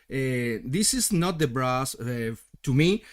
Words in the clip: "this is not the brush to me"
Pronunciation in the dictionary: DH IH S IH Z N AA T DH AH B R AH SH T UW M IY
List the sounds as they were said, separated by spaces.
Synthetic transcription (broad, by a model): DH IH S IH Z N AA T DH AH B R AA S T UW M IY